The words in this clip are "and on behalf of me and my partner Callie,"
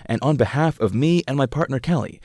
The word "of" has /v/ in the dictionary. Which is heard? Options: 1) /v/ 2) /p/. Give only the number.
1